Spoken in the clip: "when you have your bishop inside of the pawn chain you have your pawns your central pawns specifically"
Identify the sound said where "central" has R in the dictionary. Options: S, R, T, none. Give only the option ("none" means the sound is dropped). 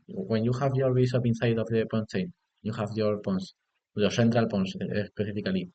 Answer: R